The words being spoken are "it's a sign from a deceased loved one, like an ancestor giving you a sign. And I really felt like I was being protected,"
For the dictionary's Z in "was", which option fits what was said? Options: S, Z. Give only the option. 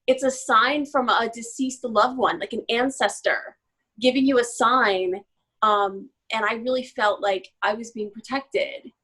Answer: Z